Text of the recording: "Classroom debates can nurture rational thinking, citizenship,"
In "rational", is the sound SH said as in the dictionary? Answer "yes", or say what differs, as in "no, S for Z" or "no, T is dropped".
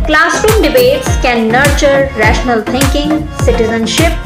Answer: yes